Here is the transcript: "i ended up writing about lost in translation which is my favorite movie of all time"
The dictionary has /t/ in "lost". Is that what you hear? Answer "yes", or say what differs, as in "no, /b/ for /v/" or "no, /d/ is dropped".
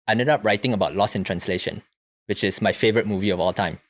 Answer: no, /t/ is dropped